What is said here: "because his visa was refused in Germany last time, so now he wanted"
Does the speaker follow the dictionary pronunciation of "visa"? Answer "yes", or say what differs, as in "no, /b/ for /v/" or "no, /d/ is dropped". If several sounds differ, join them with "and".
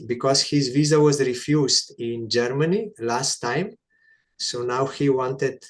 yes